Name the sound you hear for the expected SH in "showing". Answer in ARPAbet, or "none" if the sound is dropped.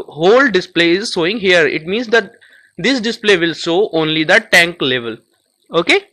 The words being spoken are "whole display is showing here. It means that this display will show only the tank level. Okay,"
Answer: S